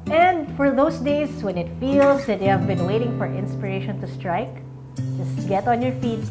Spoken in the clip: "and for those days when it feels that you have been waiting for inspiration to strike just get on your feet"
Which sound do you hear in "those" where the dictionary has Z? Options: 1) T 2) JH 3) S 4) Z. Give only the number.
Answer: 3